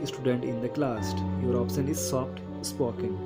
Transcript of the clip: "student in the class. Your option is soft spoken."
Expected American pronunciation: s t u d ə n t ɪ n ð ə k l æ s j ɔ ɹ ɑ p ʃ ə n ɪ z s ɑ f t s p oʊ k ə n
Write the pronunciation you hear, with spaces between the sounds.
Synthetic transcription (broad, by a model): s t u d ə n t ɪ n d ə k l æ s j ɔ ɹ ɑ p s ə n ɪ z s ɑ p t s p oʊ k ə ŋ